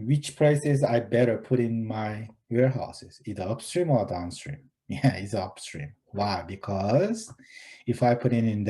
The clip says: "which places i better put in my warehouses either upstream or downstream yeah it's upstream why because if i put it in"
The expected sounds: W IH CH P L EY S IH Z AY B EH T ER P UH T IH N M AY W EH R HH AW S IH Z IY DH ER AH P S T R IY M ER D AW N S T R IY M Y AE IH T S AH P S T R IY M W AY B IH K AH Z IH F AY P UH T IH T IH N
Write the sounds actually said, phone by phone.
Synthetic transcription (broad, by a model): W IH CH P L EY S IH Z AY B EH T ER P UH T IH N M AY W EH R HH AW S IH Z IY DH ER AH P S T R IY M ER D AW N S T R IY M Y AE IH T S AH P S T R IY M W AY B IH K AH Z IH F AY P UH T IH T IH N